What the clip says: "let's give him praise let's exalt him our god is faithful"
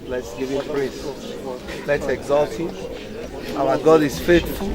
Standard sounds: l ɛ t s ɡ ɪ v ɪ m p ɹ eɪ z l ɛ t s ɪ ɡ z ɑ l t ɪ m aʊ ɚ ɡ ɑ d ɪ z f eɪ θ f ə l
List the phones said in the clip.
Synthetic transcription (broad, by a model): l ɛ t s ɡ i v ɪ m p ɹ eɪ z l ɛ t s ɪ ɡ z ɑ l t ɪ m aʊ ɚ ɡ ɑ d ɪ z f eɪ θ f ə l